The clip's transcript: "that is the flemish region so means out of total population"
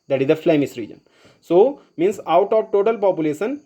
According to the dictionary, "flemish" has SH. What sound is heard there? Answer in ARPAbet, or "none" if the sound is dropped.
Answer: S